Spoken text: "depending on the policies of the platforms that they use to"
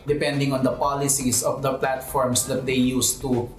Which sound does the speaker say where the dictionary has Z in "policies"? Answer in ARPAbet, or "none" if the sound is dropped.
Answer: S